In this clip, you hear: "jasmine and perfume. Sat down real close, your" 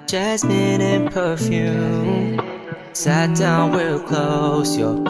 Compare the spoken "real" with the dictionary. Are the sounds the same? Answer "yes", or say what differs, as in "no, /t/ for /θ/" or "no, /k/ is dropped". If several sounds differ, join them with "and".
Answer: no, /w/ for /ɹ/